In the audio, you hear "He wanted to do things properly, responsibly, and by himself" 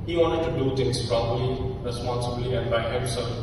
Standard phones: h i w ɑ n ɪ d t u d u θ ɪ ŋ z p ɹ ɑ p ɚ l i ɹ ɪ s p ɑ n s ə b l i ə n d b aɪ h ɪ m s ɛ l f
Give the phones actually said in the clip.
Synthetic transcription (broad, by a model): h i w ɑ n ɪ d t u d u t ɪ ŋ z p ɹ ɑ b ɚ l i ɹ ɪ s p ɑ n s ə b l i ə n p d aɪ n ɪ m s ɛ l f